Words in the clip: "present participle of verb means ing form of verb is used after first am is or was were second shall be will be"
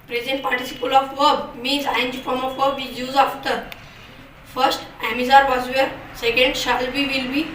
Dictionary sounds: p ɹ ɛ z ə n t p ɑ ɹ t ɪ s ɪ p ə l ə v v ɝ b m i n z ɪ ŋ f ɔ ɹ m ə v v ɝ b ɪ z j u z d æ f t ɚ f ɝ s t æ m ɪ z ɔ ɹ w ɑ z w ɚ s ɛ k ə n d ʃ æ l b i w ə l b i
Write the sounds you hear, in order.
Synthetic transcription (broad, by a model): p ɹ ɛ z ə n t p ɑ ɹ t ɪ s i p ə l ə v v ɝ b m i n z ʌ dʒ f ɔ ɹ m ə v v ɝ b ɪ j j u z ɑ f t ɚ f ɝ s t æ m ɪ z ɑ ɹ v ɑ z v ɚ s ɛ k ə n d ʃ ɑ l b i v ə l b i